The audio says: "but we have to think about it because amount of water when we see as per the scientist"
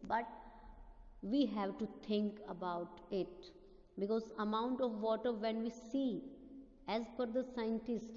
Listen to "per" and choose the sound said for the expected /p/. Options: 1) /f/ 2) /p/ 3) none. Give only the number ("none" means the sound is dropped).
1